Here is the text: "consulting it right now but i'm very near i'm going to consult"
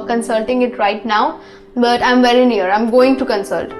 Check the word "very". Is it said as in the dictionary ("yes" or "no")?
yes